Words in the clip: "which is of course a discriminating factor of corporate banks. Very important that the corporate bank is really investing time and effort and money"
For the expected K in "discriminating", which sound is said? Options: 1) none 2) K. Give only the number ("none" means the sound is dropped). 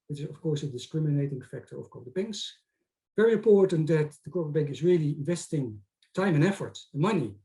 2